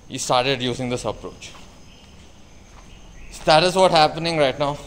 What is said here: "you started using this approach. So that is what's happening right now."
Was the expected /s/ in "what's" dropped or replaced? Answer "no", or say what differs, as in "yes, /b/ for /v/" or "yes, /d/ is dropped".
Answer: yes, /s/ is dropped